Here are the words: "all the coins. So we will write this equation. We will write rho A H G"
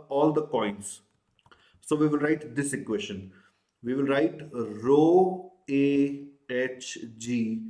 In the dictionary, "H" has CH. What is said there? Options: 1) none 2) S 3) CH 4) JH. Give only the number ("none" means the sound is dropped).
3